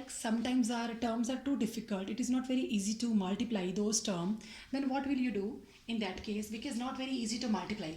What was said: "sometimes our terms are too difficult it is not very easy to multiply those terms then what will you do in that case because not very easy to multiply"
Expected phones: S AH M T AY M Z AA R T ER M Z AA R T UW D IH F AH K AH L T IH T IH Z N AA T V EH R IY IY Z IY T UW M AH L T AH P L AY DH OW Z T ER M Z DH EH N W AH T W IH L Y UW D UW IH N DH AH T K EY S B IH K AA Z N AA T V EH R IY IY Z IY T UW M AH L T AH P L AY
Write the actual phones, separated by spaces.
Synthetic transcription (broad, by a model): S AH M T AY M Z AA R T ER M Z AA R T UW D IH F AH K AH L T IH T IH Z N AA T V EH R IY IY Z IY T UW M AH L T AH P L AY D OW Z T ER M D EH N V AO T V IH L Y UW D UW IH N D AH T K EY S B IH K AA Z N AA T V EH R IY IY Z IY T UW M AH L T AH P L AY